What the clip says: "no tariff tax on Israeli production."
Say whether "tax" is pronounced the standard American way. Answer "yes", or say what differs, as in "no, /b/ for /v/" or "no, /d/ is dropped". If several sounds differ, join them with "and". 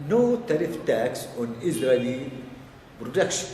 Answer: yes